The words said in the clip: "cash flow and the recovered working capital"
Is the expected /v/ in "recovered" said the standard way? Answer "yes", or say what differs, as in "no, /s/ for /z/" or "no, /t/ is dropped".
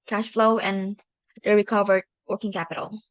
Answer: yes